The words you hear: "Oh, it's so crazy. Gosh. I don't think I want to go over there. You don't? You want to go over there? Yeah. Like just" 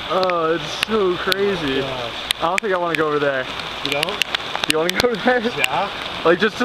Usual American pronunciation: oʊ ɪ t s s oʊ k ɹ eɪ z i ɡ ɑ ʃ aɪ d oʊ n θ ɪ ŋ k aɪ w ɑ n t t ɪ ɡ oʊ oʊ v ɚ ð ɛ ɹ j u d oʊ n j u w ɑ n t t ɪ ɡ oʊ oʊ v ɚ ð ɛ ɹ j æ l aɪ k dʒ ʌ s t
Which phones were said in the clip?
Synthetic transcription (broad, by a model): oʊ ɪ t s s oʊ k ɹ eɪ z i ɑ ɪ d oʊ n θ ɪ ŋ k aɪ w ɑ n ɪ ɡ oʊ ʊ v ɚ ð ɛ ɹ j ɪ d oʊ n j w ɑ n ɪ ɡ oʊ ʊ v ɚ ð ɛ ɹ j æ l aɪ k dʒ ʌ s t